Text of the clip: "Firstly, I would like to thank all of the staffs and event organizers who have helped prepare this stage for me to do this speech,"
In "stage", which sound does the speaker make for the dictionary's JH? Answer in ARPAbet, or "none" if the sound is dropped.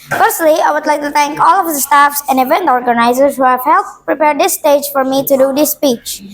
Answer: JH